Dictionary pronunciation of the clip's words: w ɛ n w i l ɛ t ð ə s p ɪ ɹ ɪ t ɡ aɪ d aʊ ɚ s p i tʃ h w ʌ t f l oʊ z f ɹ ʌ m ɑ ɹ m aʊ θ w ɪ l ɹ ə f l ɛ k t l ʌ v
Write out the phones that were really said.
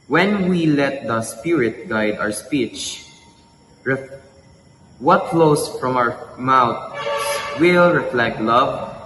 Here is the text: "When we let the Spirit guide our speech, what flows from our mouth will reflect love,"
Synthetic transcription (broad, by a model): w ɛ n w i l ɛ t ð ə s p ɪ ɹ ɪ t ɡ aɪ d aʊ ɚ s p i tʃ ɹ w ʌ t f l oʊ s f ɹ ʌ m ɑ w m aʊ s w ɪ l ɹ ə f l ɛ k t l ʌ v